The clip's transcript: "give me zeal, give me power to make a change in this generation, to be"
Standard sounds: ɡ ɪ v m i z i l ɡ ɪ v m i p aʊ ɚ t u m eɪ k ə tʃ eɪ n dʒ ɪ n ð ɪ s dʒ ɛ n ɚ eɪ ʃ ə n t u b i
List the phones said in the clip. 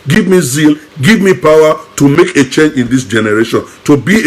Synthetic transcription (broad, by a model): ɡ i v m i z i l ɡ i v m i p aʊ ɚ t u m eɪ k ə tʃ eɪ n dʒ ɪ n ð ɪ s dʒ ɛ n ɚ eɪ ʃ ə n t u b i